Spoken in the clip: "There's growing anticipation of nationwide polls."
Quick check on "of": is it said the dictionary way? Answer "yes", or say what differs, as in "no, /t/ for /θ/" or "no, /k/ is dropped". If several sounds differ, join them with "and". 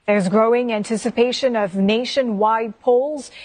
yes